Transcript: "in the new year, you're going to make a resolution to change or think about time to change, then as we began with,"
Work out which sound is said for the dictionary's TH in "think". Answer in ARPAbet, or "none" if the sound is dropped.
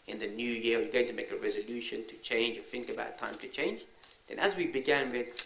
TH